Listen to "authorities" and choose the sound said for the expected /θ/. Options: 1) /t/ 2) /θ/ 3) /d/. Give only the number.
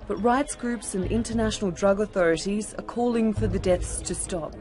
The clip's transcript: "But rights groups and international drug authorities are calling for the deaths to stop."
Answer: 2